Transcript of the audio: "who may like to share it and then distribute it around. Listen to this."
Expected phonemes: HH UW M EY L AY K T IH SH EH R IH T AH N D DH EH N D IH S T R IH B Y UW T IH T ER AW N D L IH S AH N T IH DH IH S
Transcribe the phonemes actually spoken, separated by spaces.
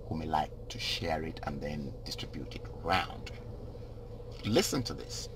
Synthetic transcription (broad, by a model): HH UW M EY L AY K T IH SH EH R IH T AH N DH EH N D IH S T R IH B Y UW T IH T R AW N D L IH S AH N T IH DH IH S